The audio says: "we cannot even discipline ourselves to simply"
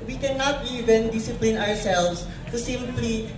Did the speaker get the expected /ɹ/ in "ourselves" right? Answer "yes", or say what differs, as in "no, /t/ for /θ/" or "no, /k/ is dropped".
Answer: no, /w/ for /ɹ/